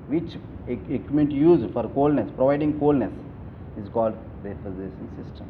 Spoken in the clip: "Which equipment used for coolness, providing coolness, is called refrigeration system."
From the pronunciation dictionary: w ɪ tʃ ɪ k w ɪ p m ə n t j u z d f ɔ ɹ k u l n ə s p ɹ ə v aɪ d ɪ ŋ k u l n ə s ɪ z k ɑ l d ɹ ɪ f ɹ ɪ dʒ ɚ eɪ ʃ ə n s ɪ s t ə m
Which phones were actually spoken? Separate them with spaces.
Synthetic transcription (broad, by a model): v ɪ tʃ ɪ k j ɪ m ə n t j u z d f ɔ ɹ k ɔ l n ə s p ɹ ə v aɪ d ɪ ŋ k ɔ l n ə s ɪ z k ɑ l d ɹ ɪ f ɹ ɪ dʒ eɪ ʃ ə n s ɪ s t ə m